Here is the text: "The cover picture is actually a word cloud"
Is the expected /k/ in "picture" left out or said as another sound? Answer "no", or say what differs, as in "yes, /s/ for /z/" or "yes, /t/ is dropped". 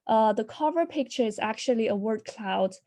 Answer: no